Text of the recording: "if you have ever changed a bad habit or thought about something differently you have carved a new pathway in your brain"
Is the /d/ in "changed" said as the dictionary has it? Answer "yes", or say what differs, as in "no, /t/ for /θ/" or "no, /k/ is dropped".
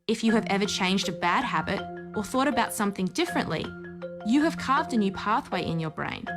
yes